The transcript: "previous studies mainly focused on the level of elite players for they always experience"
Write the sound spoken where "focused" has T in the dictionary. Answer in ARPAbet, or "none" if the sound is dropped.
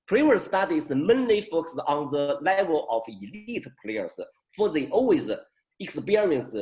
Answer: none